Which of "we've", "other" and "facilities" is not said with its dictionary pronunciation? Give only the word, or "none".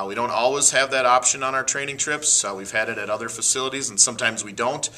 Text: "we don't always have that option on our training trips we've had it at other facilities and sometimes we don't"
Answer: none